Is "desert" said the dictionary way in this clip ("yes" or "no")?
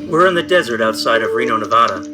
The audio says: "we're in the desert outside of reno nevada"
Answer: yes